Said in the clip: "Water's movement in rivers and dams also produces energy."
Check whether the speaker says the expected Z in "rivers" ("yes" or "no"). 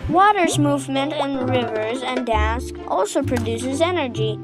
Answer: yes